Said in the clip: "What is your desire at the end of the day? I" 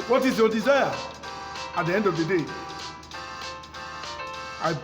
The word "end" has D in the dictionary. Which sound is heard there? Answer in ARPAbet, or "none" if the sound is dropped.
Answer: D